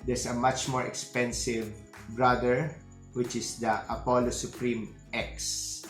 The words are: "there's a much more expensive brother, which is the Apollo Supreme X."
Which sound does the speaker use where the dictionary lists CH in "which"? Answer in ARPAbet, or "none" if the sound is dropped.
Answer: CH